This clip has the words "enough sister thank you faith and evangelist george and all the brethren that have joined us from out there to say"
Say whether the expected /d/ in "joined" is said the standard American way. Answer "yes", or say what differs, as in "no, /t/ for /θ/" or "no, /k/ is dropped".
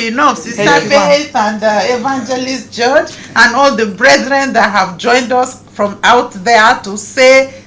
yes